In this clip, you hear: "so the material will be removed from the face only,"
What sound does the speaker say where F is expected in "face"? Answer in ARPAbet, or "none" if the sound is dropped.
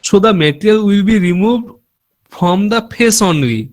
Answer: P